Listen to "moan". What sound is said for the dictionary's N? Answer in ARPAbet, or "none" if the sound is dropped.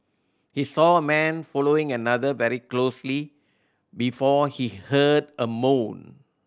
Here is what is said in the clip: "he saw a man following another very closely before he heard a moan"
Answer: N